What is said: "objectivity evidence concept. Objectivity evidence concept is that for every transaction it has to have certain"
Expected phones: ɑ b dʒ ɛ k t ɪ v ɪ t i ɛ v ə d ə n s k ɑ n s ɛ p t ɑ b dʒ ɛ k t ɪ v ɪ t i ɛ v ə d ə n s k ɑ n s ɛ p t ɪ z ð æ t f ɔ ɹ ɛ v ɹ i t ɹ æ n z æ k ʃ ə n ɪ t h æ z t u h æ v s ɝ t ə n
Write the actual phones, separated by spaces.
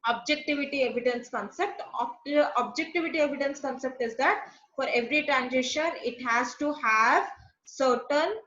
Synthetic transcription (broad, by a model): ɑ b dʒ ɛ k t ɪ v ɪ t i ɛ v ə d ə n s k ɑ n s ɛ p t ɑ b dʒ ɛ k t ɪ v ɪ t i ɛ v ə d ə n s k ɑ n s ɛ p t ɪ z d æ t f ɔ ɹ ɛ v ɹ i t ɹ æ n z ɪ ʃ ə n ɪ t h æ z t u h æ v s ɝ t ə n